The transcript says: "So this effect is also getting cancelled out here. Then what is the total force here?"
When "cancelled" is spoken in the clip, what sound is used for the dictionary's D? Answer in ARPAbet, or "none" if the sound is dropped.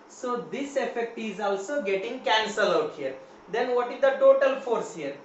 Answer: none